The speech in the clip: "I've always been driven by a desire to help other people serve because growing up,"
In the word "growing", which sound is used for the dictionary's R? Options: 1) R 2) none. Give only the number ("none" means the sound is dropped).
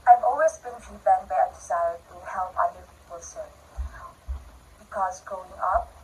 2